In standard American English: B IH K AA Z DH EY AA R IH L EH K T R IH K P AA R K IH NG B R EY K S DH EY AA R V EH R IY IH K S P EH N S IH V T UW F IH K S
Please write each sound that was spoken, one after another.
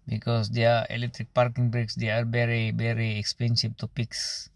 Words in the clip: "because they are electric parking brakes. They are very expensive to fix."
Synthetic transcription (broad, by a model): B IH K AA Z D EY AA R IH L EH K T R IH K P AA R K IH NG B R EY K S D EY AA R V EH R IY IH K S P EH N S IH B T UW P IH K S